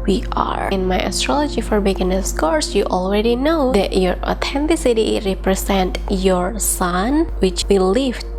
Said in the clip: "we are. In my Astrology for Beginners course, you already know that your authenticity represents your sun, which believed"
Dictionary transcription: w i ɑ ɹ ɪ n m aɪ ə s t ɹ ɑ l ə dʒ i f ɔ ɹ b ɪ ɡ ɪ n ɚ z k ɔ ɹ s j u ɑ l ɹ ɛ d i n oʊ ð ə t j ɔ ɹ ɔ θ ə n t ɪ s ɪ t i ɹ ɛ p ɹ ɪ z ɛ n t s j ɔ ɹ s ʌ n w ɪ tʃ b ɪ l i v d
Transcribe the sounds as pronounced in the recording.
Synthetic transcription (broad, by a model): w i ɑ ɹ ɪ n m aɪ ə s t ɹ ɑ l ə dʒ i f ɔ ɹ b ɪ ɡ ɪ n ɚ s k ɔ ɹ s j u ɑ l ɹ ɛ d i n oʊ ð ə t j ɔ ɹ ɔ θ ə n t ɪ s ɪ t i ɹ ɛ p ɹ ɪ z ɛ n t j ɔ ɹ s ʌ n w ɪ tʃ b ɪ l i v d